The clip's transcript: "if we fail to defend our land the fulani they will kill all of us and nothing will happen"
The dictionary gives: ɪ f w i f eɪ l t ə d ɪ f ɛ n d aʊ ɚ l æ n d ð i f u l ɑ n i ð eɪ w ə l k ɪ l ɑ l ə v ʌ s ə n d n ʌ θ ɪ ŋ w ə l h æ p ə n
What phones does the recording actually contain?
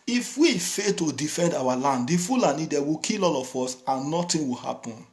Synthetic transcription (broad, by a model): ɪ f w i f eɪ l t ə d ɪ f ɛ n d aʊ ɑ l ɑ n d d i f u l ɑ n i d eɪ w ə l k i l ɑ l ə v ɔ s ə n n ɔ t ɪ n w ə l h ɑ p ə n